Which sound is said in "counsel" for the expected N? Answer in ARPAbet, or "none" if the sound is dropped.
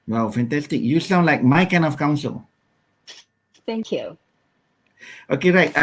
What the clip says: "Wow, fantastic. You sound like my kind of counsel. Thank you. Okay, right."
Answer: N